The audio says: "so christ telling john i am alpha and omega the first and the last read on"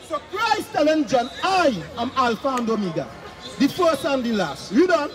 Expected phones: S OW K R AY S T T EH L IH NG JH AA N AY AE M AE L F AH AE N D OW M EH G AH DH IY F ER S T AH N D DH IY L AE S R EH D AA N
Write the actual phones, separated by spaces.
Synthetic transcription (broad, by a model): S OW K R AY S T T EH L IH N JH AA N AY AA M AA L F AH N D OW M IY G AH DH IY F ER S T AH N D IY L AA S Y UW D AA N